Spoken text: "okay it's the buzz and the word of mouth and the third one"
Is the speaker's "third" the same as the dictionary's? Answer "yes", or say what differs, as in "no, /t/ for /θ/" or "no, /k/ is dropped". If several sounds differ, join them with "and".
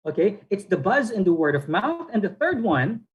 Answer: yes